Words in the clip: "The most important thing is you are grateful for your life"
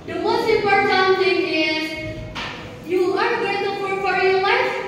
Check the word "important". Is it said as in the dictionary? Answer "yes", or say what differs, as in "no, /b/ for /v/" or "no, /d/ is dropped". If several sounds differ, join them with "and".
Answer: no, /m/ is dropped